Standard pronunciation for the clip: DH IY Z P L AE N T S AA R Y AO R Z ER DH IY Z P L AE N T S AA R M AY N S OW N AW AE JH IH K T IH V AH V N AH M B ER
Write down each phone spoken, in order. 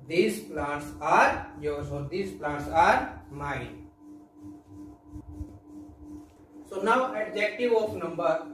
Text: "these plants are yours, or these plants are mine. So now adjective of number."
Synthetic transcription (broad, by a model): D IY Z P L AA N T S AA R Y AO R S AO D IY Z P L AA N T S AA R M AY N S OW N AW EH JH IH K T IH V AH P N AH M B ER